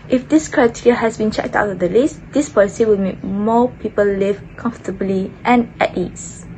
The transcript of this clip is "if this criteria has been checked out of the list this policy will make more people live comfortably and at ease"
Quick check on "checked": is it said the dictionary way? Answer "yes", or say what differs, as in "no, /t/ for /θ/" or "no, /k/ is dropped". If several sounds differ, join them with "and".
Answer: yes